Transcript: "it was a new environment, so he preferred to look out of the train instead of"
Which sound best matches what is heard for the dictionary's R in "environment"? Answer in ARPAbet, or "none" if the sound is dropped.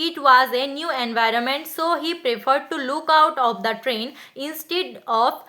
R